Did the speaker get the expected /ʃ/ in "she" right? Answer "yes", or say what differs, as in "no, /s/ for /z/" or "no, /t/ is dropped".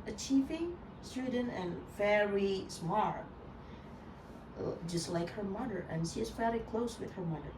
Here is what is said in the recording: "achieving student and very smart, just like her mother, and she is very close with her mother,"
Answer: yes